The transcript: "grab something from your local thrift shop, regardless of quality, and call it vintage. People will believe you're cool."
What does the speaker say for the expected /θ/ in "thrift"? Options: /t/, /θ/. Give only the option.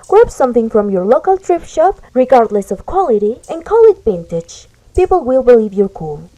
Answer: /t/